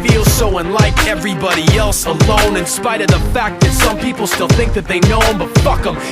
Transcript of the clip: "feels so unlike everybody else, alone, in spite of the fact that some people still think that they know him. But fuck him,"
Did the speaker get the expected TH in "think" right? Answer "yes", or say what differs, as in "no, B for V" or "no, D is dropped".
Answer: yes